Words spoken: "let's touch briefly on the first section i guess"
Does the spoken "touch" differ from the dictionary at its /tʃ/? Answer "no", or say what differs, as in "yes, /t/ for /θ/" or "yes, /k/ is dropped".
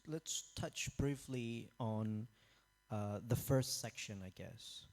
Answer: no